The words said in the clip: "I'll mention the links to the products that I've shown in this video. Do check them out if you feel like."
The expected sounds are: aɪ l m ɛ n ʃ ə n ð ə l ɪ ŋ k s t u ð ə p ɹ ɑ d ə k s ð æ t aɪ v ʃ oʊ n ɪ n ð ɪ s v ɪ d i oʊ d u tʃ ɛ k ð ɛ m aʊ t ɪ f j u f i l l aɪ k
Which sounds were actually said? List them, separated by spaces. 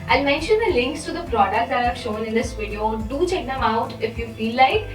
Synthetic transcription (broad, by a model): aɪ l m ɛ n ʃ ə n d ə l ɪ ŋ k s t u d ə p ɹ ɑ d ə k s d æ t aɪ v ʃ oʊ n ɪ n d ɪ s v ɪ d i oʊ d u tʃ ɛ k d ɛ m aʊ t ɪ f j u f i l l aɪ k